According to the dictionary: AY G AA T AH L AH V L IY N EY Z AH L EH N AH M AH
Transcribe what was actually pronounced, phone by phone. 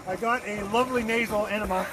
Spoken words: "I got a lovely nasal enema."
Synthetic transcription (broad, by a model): AY G AA T AH L AH V L IY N EY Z L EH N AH M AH